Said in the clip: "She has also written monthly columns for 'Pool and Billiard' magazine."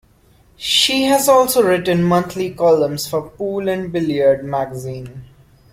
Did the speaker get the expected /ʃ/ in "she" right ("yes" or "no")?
yes